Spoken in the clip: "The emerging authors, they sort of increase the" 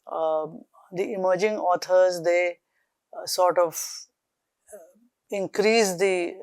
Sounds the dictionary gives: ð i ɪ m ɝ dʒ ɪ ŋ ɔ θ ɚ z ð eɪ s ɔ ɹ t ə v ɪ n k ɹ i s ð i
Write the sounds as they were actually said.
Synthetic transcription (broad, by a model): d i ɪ m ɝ dʒ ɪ ŋ ɔ t ɚ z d eɪ s ɔ ɹ t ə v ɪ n k ɹ i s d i